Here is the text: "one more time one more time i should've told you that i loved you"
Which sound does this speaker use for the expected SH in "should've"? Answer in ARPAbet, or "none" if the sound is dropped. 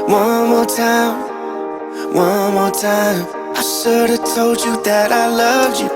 S